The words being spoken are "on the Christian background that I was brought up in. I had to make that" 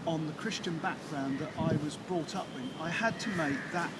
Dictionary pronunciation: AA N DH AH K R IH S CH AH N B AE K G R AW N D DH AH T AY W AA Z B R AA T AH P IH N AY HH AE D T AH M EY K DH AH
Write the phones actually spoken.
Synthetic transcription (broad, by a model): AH N DH AH K R IH S CH AH N B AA K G R AW N DH AH T AY W AA Z B R AA T AH P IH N AY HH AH D T AH M EY K DH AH